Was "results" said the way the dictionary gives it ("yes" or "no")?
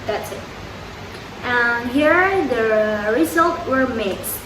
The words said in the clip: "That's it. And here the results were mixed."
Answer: no